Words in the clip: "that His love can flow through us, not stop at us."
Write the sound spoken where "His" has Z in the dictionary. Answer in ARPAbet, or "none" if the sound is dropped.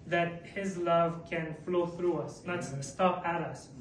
Z